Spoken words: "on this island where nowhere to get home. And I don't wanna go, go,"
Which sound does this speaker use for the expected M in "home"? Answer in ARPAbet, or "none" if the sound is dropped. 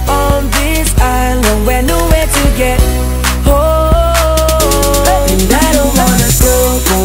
none